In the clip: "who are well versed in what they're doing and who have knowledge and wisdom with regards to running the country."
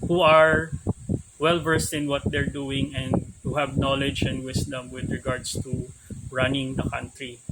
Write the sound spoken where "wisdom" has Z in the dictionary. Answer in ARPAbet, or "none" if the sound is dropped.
S